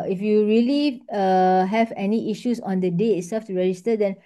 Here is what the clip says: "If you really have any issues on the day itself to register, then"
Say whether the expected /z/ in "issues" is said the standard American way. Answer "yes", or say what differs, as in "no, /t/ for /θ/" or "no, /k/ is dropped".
no, /s/ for /z/